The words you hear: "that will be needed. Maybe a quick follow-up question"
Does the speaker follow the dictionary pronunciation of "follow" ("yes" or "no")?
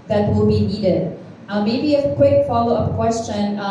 yes